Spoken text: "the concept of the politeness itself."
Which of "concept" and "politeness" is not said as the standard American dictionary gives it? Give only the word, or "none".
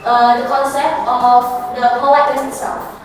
politeness